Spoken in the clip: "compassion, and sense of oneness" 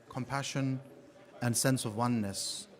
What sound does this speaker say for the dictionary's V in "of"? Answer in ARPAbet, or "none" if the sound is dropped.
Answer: V